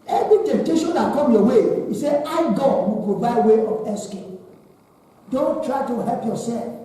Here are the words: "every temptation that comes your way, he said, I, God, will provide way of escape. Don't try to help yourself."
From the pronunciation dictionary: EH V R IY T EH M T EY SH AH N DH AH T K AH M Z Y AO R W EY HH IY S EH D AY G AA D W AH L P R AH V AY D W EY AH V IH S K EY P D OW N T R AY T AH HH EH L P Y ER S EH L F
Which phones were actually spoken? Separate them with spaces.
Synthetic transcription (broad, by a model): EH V R IY T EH M T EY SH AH N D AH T K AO M Y AO W EY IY S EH AY G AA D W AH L P R AH V AY D W EY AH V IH S K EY D OW N T R AY T AH HH EH L P Y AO S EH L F